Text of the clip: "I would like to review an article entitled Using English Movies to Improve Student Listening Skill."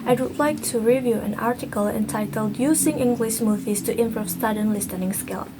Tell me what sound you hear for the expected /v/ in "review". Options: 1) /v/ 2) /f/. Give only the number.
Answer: 1